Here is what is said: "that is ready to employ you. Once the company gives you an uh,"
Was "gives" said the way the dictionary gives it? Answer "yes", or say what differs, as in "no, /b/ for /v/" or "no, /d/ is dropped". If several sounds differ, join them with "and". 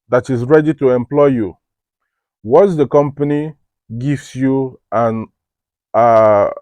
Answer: no, /s/ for /z/